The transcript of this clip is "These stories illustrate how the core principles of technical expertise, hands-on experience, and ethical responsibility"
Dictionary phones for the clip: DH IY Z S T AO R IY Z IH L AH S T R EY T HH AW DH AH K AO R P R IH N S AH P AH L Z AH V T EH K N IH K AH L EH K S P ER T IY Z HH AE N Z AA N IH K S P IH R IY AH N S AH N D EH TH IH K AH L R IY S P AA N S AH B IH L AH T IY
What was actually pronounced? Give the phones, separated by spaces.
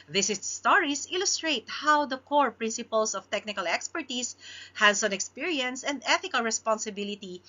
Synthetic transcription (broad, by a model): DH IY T S T AO R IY S IH L AH S T R EY T HH AW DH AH K AO R P R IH N S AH P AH L S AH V T EH K N IH K AH L EH K S P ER T IY S HH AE N S AA N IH K S P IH R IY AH N S AH N D EH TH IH K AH L R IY S P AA N S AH B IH L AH T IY